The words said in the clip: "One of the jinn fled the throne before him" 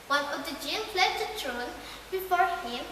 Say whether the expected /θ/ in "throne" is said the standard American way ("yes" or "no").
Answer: no